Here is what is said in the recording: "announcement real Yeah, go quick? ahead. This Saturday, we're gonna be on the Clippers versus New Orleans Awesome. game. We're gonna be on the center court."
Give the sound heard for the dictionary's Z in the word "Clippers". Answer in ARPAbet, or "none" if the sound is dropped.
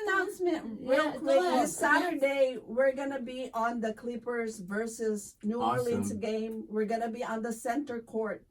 Z